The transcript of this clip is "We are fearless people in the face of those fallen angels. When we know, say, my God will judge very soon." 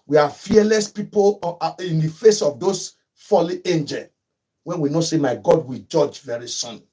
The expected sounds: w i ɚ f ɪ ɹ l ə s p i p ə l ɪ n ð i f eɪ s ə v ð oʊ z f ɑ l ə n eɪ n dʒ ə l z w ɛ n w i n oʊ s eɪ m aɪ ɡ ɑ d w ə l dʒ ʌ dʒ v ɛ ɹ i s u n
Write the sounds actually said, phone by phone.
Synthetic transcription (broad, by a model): w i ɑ f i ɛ l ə s p i p ə l ɪ n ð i f eɪ s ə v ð oʊ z f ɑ l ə eɪ n dʒ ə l w ɛ n w i n oʊ s eɪ m aɪ ɡ ɑ d w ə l dʒ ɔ dʒ v ɛ ɹ i s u n